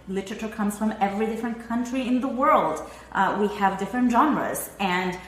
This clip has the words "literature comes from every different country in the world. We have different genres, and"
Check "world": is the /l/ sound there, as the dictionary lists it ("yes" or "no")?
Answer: yes